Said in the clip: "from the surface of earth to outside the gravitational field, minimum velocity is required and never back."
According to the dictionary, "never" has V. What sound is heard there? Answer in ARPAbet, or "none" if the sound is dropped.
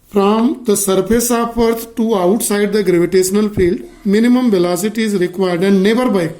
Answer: B